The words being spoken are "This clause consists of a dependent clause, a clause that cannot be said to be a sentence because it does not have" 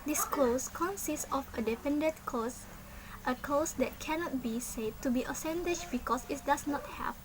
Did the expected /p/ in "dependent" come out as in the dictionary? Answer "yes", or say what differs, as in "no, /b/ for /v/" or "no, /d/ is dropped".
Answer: no, /f/ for /p/